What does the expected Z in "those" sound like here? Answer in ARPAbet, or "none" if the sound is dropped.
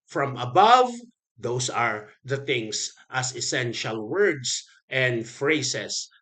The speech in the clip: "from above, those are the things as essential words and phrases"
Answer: S